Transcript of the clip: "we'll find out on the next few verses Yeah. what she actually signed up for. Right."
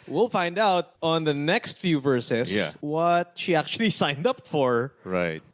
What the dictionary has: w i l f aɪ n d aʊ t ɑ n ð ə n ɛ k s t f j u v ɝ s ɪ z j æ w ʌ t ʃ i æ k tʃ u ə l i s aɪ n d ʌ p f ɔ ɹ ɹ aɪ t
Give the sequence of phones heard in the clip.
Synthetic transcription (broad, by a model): w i l f aɪ n d aʊ t ɑ n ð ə n ɛ k s t f j u v ɝ s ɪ s j æ w ʌ t ʃ i æ k tʃ u ə l i s aɪ n d ʌ p f ɔ ɹ ɹ aɪ t